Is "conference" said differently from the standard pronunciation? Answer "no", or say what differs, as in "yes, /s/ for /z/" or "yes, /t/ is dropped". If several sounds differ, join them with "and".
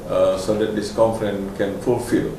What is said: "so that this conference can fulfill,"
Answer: yes, /s/ is dropped